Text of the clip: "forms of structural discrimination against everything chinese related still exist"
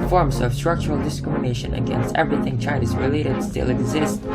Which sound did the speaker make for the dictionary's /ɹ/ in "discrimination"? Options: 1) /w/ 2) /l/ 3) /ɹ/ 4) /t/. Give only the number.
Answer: 3